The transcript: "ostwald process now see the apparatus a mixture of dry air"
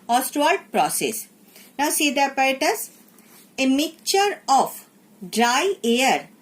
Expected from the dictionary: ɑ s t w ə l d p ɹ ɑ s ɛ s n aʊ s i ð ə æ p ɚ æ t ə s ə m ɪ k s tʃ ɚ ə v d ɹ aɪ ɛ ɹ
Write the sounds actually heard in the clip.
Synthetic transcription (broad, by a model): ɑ s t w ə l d p ɹ ɑ s ɛ s n aʊ s i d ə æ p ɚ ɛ t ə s ə m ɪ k tʃ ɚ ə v d ɹ aɪ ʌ ɹ